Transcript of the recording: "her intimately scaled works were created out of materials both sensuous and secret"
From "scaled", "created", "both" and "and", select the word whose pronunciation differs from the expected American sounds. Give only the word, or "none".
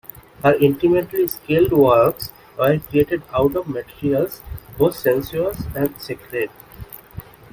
both